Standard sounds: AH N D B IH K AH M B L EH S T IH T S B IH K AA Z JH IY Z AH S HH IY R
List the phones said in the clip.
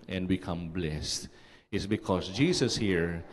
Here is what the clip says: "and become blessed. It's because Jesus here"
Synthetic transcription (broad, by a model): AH N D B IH K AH M B L EH S T IH T S B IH K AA S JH IY S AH S HH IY R